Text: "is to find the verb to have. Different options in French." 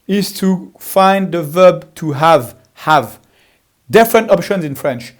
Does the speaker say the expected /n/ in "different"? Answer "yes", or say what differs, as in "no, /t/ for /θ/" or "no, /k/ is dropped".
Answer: yes